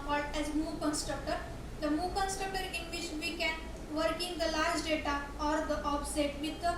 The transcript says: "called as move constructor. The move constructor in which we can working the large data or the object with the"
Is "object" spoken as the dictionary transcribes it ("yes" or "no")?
no